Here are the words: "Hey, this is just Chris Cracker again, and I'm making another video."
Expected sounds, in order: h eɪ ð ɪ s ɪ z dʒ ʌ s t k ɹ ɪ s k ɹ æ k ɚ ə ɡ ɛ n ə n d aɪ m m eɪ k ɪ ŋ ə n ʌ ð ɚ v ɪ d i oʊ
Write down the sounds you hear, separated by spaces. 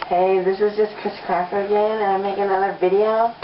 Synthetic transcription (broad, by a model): h eɪ ð ɪ s ɪ z dʒ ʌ s k ɹ ɪ s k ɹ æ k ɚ ə ɡ ɛ n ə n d aɪ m m eɪ ɪ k ə n ʌ ð ɚ v ɪ d i oʊ